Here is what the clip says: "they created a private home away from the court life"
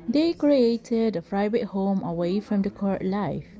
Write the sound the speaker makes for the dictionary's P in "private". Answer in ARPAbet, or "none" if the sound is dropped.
F